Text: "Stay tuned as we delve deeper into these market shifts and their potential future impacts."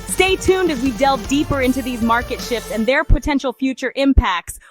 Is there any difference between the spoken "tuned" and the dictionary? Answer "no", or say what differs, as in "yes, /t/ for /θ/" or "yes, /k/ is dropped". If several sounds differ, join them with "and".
no